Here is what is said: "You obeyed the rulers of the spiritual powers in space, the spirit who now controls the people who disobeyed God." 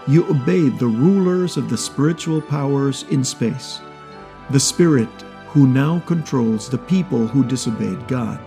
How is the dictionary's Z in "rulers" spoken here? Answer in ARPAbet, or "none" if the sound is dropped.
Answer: Z